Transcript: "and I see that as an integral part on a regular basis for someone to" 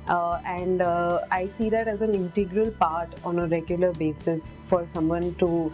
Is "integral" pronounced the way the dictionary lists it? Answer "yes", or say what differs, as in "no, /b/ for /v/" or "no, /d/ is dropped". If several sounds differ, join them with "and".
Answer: yes